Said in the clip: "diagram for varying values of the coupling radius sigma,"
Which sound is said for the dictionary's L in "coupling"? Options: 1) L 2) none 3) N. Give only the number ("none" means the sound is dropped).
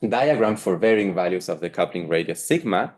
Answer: 1